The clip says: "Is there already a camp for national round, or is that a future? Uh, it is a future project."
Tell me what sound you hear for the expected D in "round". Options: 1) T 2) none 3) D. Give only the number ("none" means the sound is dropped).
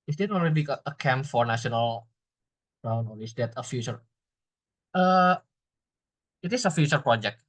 2